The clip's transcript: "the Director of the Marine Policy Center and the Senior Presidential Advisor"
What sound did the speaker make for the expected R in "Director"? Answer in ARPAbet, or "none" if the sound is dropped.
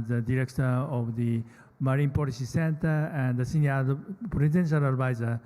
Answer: R